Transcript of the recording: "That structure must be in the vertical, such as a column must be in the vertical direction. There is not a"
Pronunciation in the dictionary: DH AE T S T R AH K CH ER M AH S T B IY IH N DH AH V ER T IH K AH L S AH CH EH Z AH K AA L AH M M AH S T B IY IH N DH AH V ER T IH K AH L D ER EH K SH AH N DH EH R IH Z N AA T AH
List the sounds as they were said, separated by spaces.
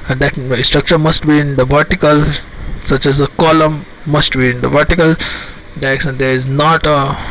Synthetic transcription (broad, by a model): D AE T S T R AH K CH ER M AH S T B IY IH N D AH V ER T IH K AH L S AH CH EH Z AH K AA L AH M M AH S T B IY IH N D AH V ER T IH K AH L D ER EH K S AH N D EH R IH Z N AA T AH